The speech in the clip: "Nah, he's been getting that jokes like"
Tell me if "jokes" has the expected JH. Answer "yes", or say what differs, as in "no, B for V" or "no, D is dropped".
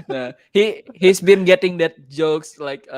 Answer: yes